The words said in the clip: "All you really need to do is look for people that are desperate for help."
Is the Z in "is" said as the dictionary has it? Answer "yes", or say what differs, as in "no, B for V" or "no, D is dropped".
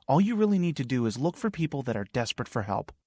yes